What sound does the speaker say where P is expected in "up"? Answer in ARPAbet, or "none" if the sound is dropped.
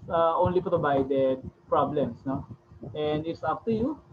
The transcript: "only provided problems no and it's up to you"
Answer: F